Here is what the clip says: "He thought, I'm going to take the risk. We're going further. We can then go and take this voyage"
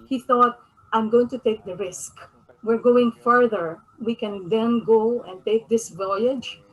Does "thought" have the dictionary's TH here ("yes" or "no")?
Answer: yes